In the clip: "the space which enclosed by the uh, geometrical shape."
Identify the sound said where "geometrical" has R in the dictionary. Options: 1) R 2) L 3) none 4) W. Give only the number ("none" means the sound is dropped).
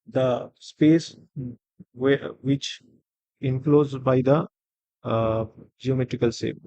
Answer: 1